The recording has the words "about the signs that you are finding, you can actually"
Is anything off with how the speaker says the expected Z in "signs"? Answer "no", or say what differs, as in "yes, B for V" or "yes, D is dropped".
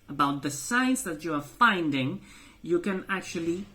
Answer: yes, S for Z